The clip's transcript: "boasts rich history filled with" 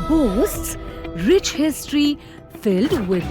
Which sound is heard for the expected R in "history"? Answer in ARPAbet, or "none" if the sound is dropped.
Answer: R